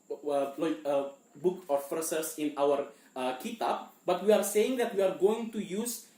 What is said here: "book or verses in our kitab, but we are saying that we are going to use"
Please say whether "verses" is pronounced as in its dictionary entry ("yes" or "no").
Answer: no